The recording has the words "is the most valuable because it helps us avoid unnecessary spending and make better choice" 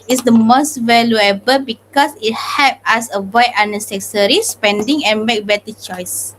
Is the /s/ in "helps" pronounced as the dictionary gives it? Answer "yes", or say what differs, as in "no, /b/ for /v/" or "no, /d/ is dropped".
no, /s/ is dropped